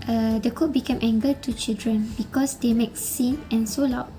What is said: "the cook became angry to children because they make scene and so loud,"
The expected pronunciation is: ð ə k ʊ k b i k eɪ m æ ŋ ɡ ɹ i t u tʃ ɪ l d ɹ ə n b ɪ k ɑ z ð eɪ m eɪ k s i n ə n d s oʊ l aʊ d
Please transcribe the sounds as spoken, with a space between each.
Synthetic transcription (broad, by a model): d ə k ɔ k b i k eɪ m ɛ ŋ ɡ i t u tʃ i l d ɹ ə n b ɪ k ɑ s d eɪ m eɪ k s i n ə n s oʊ l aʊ